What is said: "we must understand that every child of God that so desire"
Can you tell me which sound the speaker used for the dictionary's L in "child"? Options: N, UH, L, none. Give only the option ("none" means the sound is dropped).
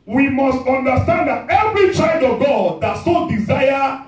none